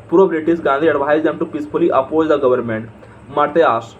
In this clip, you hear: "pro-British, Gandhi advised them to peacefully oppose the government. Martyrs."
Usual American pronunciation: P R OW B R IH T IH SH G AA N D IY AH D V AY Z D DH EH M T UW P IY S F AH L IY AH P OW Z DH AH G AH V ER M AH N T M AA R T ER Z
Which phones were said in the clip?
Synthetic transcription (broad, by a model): P R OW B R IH T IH S G AA N D IY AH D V AY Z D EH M T UW P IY S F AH L IY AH P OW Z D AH G AH V ER M AH N T M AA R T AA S